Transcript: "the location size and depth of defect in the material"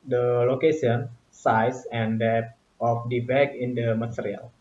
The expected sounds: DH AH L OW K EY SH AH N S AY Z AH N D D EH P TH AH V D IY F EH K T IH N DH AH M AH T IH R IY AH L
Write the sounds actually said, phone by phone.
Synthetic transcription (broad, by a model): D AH L OW K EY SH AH N S AY S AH N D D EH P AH F D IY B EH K IH N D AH M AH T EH R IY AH L